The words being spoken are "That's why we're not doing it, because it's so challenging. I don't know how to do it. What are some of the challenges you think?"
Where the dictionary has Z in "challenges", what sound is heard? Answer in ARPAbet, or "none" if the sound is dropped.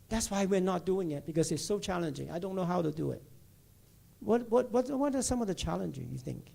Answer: none